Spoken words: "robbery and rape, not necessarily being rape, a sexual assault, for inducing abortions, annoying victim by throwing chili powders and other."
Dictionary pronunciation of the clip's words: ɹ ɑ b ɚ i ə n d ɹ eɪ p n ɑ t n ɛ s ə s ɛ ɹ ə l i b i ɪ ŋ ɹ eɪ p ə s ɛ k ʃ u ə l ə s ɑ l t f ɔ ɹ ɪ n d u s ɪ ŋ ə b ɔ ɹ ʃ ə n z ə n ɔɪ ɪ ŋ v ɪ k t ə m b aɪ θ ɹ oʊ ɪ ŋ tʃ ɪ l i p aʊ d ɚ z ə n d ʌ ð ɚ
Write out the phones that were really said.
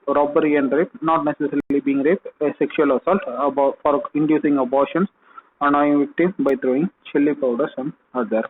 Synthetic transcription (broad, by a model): ɹ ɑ b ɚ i ə n d ɹ eɪ p n ɑ t n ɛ s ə s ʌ ɹ l i b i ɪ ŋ ɹ eɪ p ə s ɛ k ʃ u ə l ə s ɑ l t f ɔ ɹ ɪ n d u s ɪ ŋ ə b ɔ ɹ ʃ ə n s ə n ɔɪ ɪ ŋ v ɪ k t ə m b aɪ t ɹ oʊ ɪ ŋ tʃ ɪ l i p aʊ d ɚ s ə n d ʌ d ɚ